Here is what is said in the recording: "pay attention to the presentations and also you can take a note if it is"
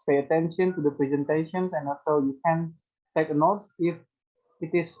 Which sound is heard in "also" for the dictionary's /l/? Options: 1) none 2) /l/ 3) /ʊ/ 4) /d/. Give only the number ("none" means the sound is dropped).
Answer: 1